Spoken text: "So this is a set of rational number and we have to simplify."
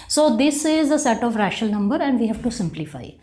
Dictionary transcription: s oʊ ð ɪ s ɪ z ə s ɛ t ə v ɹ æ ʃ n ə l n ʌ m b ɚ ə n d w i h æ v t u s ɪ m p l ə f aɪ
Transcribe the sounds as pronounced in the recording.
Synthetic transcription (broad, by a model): s oʊ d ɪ s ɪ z ə s ɛ t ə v ɹ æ ʃ ə l n ʌ m b ɚ ə n d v i h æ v t u s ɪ m p l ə f aɪ